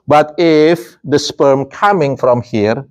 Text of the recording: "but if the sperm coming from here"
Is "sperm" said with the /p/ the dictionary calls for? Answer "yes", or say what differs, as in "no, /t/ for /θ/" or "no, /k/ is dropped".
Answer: yes